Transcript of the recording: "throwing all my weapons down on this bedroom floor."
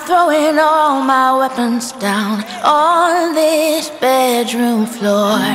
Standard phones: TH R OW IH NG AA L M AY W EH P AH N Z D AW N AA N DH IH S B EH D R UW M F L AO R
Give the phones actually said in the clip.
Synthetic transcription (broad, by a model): TH R OW IH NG AA L M AY W EH P AH N Z D AW N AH N DH IH S B EH D R UW M F L AO R